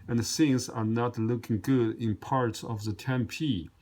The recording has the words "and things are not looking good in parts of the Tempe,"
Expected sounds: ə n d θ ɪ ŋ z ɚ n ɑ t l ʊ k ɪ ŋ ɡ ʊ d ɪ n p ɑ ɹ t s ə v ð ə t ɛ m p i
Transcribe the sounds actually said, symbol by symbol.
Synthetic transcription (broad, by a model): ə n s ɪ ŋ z ɚ n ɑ t l ʊ k ɪ ŋ ɡ ʊ d ɪ n p ɑ ɹ t s ə v ð ə t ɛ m p i